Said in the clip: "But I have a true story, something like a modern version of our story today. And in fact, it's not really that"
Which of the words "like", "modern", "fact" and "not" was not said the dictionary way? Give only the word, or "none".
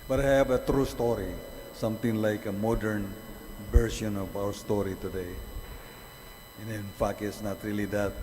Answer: fact